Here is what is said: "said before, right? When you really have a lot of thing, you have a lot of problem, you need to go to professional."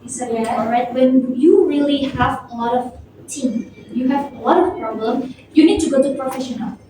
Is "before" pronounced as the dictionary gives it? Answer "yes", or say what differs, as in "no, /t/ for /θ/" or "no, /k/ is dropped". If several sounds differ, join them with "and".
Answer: no, /f/ is dropped